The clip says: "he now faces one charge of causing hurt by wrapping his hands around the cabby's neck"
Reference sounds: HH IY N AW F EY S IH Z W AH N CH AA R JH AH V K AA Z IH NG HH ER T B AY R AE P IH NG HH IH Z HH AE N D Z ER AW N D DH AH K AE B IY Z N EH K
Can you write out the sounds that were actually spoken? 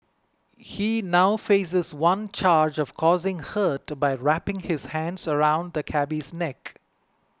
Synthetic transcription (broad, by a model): HH IY N AW F EY S IH Z W AH N CH AA R JH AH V K AA Z IH NG HH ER T B AY R AE P IH NG HH IH Z HH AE N D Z ER AW N D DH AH K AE B IY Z N EH K